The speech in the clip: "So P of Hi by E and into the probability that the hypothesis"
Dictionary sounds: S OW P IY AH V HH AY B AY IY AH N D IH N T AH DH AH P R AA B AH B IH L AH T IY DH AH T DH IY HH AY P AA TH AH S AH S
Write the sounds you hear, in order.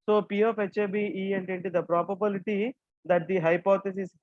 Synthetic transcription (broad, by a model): S OW P IY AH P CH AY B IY IY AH N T IH N T AH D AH P R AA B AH B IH L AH T IY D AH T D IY HH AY P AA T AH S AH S